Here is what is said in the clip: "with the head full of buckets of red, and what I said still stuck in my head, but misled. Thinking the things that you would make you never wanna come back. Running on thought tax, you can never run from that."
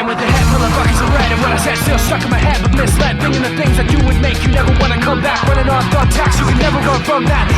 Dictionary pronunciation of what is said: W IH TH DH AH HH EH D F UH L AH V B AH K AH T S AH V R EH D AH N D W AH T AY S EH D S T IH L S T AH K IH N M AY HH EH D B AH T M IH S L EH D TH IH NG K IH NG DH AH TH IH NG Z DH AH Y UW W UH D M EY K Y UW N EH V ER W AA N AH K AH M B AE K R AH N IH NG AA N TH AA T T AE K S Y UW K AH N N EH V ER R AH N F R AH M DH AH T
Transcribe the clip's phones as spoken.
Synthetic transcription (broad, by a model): W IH DH AH HH EH D F UH L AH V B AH K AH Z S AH R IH D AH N W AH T AY S EH D S T IH L S T AH K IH M AY HH EH D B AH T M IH S L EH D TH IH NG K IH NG DH AH TH IH NG Z DH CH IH W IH D M EY K Y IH N EH V ER W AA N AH K AH M B AE K W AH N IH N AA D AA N T AE K S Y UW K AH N N EH V ER W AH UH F R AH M DH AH T